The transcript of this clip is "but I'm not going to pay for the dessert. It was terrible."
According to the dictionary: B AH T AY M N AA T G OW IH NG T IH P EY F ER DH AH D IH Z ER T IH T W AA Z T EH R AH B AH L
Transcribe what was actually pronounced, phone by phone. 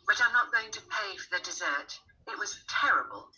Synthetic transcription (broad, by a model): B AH T AY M N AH T G OW IH NG T IH P EY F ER DH AH D IH Z ER T IH T W AA Z T EH R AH B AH L